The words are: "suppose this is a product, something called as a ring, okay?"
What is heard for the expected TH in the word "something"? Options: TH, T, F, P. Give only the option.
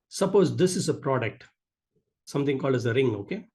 T